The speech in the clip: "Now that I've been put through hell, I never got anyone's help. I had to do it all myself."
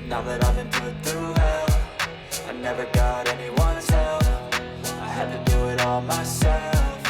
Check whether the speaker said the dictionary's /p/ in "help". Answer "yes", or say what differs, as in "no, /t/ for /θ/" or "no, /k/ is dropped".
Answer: no, /f/ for /p/